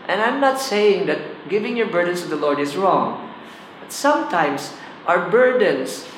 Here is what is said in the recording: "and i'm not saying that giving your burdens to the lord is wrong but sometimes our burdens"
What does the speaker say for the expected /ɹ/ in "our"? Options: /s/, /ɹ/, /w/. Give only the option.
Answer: /ɹ/